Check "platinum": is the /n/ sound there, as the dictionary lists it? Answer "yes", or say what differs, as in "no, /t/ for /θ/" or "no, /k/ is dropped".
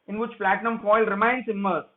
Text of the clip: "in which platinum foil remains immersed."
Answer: yes